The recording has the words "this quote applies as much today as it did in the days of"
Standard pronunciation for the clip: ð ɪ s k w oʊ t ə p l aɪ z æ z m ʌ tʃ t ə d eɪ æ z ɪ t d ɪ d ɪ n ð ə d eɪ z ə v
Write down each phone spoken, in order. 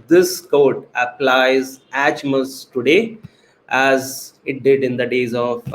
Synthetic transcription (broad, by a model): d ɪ s k oʊ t ə p l aɪ z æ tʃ m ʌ s t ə d eɪ æ z ɪ t d ɪ d ɪ n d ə d eɪ z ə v